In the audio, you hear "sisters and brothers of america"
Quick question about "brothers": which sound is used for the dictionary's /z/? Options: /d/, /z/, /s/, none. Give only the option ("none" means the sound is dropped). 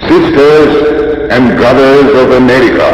/z/